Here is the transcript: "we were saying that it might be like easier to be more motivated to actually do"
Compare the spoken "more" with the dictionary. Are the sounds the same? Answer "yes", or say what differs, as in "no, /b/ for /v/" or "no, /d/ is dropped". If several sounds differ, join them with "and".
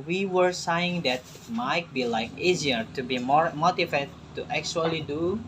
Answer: yes